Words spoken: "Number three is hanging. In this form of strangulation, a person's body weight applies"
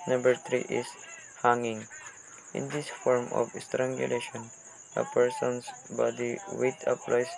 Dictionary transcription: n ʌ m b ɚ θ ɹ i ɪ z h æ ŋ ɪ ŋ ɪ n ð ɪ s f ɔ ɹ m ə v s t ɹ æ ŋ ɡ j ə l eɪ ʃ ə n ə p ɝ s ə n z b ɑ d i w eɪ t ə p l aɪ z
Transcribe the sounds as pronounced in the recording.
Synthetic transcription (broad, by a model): n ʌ m b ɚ t ɹ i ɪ s h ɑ ŋ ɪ ŋ ɪ n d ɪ s f ɔ ɹ m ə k s t ɹ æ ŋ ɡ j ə l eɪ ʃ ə n ə p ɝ s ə n s b ɑ d i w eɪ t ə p l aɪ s